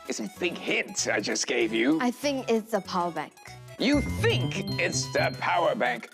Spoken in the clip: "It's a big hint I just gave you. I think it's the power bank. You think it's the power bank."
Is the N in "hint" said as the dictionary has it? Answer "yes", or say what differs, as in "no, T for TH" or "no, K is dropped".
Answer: no, N is dropped